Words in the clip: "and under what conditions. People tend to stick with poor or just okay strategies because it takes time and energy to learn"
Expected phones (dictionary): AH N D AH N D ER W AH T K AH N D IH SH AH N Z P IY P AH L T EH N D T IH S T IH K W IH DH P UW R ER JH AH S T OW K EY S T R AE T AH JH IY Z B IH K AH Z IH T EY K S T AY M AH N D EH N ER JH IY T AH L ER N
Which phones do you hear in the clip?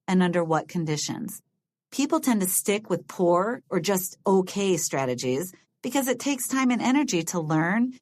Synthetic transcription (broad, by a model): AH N AH N D ER W AH T K AH N D IH SH AH N Z P IY P L T EH N T IH S T IH K W IH DH P UW R ER JH AH S T OW K EY S T R AE T AH JH IY Z B IH K AH Z IH T EY K S T AY M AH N EH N ER JH IY T AH L ER N